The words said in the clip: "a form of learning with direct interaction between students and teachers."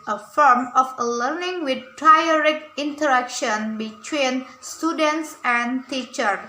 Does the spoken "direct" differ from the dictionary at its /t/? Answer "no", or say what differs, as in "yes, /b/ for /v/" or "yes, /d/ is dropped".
yes, /t/ is dropped